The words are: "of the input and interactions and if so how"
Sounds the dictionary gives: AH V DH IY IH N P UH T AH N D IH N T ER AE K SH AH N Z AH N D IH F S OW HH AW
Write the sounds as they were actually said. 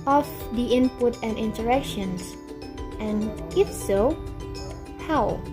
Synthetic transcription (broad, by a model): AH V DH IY IH N P UH T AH N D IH N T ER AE K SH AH N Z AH N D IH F S OW HH AW